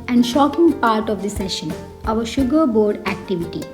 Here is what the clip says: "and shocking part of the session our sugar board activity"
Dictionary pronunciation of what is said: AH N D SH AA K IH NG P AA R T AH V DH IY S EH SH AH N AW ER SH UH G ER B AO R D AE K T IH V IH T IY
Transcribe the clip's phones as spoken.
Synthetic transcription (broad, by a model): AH N D SH AA K IH NG P AA R T AH V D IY S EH SH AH N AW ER SH UH G ER B AO R D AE K T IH V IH T IY